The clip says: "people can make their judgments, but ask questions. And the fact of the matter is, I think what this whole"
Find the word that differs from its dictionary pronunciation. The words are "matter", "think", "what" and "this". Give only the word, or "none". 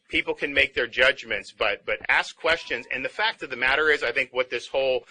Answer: none